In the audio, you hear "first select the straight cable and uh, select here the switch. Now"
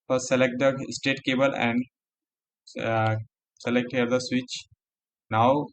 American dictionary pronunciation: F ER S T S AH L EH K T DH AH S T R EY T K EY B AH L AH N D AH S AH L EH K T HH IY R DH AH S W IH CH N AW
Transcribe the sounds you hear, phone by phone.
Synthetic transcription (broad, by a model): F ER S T S AH L EH K T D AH S T EY T K EY B AH L AH N D S AH L EH K T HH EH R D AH S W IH CH N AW